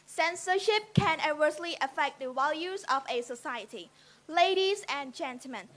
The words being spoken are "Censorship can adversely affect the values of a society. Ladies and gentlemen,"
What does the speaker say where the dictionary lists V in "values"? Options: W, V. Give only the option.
W